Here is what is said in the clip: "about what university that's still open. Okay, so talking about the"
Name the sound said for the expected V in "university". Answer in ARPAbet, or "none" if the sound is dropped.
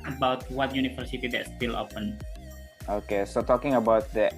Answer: F